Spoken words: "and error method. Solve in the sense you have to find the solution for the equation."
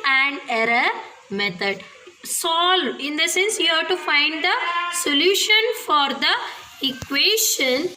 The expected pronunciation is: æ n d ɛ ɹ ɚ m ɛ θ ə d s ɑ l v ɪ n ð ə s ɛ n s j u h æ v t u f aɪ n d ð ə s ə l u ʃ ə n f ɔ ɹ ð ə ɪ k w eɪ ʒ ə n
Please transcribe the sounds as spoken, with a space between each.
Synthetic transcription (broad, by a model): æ n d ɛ ɹ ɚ m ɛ t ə d s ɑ l ɪ n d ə s ɛ n s j u h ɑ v t u f aɪ n d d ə s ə l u ʃ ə n f ɔ ɹ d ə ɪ k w eɪ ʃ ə n